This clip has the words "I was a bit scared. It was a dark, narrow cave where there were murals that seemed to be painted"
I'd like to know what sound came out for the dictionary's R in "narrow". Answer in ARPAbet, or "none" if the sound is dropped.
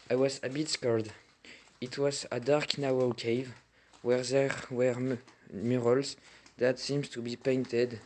W